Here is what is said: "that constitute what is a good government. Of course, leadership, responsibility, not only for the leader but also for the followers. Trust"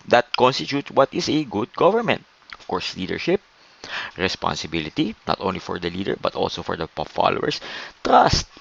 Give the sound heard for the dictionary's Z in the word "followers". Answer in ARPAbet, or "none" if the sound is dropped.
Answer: S